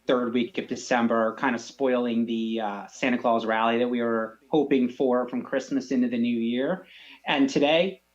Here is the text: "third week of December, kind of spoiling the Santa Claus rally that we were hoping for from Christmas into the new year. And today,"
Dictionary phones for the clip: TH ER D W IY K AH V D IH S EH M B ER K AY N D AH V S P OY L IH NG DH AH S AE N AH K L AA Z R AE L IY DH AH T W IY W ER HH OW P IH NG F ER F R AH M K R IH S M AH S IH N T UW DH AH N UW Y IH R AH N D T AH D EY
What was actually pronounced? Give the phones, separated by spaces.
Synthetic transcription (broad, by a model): TH ER D W IY K AH V D IH S EH M B ER K AY N D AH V S P OY L IH NG DH AH S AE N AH K L AA Z R AE L IY DH AH T W IY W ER HH OW P IH NG F ER F R AH M K R IH S M AH S IH N T UW DH AH N UW Y IH R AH N T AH D EY